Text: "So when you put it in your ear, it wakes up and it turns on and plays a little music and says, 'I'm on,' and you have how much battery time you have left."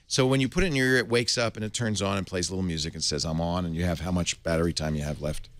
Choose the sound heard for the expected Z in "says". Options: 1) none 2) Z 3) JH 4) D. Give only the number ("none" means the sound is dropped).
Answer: 2